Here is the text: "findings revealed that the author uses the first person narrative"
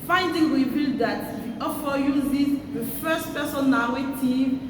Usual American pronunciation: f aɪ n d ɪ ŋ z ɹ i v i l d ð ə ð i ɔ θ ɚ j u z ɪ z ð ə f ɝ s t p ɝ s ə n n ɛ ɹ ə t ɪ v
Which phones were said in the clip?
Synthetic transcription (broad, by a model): f aɪ n d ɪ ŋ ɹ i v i l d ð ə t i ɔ f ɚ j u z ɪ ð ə f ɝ s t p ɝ s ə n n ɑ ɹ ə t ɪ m